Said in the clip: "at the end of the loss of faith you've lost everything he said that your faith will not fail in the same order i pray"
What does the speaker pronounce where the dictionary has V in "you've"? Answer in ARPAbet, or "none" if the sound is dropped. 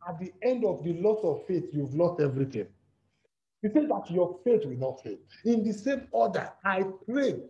V